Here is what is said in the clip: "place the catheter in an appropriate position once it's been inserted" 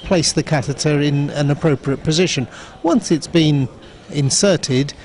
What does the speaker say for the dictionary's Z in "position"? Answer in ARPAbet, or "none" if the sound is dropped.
Z